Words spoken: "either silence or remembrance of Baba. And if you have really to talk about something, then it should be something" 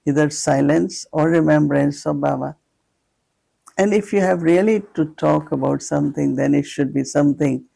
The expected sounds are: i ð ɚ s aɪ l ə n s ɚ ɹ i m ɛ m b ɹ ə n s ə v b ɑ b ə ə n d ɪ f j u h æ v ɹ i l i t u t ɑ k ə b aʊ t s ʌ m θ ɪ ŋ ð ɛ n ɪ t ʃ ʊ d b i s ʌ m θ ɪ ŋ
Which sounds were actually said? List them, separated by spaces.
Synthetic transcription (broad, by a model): i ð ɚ s aɪ l ə n s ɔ ɹ i m ɛ m b ɹ ə n s ə v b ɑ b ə ə n d ɪ f j u h æ v ɹ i l i t u t ɑ k ə b aʊ t s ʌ m t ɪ ŋ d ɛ n ɪ t ʃ ʊ d b i s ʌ m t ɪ ŋ